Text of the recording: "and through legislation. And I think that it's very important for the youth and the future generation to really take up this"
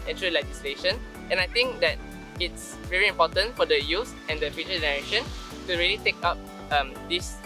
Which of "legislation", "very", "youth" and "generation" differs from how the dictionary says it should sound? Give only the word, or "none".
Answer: youth